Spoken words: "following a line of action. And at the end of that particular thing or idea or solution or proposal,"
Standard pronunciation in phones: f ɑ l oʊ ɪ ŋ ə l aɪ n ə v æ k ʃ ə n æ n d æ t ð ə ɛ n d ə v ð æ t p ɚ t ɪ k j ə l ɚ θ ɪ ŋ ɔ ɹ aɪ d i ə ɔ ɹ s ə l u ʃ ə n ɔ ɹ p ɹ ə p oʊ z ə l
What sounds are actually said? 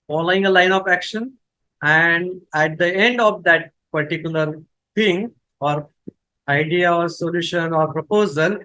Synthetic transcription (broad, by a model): f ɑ l oʊ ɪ ŋ ə l aɪ n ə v æ k ʃ ə n æ n d æ t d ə ɛ n d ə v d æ t p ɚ t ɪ k j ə l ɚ t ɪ ŋ ɔ ɹ aɪ d i ə ɔ ɹ s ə l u ʃ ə n ɔ ɹ p ɹ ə p oʊ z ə l